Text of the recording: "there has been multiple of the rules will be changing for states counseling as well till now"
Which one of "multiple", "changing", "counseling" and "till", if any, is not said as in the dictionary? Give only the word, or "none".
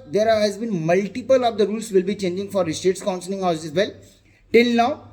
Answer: counseling